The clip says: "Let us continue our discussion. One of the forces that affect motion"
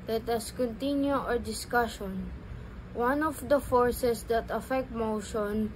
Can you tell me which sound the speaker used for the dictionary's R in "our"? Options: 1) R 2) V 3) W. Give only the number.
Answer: 1